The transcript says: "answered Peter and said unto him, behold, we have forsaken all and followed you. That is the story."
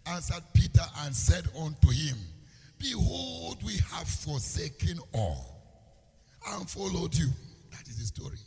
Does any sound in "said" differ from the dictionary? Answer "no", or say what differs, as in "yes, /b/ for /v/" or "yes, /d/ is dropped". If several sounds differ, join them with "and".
no